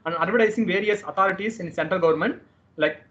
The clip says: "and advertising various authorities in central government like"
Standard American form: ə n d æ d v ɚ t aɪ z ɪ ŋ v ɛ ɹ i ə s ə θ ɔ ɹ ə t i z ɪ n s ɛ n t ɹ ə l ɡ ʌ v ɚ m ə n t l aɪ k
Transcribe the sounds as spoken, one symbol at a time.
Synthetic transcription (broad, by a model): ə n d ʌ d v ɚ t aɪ s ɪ ŋ v ɛ ɹ i ə s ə t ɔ ɹ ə t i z ɪ n s ɛ n t ɹ ə l ɡ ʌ v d m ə n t l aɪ k